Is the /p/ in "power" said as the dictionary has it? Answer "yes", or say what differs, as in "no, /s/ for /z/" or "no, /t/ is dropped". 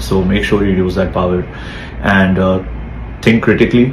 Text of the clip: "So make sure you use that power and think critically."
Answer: yes